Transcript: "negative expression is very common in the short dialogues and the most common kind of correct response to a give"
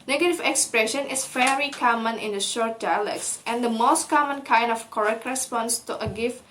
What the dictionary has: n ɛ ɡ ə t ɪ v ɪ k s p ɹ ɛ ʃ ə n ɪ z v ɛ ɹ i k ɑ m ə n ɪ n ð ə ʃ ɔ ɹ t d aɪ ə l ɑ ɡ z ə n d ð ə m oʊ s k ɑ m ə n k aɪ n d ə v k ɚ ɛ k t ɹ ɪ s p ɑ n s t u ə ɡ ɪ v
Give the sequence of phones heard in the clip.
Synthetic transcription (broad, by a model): n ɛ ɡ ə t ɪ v ɪ k s p ɹ ɛ ʃ ə n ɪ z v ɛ l i k ɑ m ə n ɪ n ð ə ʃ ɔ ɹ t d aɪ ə l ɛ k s ə n d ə m oʊ s k ɑ m ə n k aɪ n d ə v k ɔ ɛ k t ɹ ɪ s p ɑ n s t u ə ɡ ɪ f